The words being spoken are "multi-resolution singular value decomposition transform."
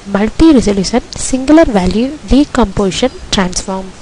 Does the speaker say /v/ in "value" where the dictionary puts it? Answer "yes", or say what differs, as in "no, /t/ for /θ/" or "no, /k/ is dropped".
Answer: yes